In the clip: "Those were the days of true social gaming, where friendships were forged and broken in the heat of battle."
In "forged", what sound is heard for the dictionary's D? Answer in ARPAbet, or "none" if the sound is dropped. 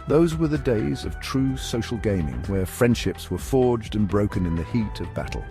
D